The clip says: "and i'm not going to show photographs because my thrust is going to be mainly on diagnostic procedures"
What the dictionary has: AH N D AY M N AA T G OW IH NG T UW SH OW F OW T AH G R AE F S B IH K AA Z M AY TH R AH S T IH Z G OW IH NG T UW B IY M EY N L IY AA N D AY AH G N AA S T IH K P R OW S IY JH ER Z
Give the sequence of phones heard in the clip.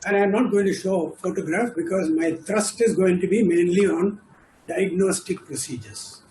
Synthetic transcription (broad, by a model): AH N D AY M N AA T G OW IH NG T UW SH OW F OW T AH G R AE F B IH K AA Z M AY T R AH S T IH Z G OW IH NG T UW B IY M EY N L IY AA N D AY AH G N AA S T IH K P R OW S IY JH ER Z